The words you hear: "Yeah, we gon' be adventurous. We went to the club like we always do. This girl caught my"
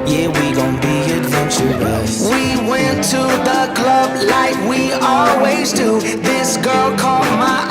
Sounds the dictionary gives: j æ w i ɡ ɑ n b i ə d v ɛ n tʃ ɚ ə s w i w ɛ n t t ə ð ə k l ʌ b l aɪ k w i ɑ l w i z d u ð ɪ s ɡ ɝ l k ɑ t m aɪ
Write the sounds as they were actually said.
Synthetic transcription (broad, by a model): j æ w i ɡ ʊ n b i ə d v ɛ n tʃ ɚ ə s w i w ɛ n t t ə ð ə k l ʌ b l aɪ k w i ɑ l w i z d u ð ɪ s ɡ ɝ l k ɑ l m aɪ